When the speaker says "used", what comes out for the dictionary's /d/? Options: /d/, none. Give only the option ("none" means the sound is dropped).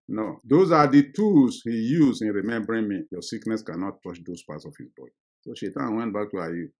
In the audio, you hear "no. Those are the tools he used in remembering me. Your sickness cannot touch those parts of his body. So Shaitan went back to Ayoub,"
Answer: none